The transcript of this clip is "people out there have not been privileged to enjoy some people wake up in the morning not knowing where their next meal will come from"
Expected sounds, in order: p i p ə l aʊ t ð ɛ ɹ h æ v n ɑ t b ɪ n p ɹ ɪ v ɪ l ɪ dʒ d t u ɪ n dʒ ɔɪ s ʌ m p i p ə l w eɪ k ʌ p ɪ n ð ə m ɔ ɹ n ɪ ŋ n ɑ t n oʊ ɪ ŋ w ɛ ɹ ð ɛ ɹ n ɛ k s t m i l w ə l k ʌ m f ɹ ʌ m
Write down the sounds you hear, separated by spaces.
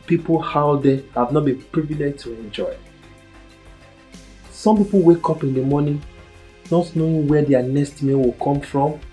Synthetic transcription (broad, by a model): p i p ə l aʊ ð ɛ h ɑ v n ɑ t b ɪ n p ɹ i v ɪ l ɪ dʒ t u ɪ n dʒ ɔɪ s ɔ m p i p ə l w eɪ k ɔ p ɪ n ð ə m ɔ n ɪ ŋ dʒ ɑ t n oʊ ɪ w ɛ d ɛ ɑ n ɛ s t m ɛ w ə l k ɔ m f ɹ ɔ m